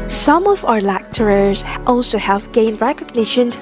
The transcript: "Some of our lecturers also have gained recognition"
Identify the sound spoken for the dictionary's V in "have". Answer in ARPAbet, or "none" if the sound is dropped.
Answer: V